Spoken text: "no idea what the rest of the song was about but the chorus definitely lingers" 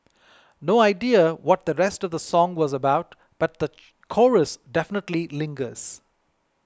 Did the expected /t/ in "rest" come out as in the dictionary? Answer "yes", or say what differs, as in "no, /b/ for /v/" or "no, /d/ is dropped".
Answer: yes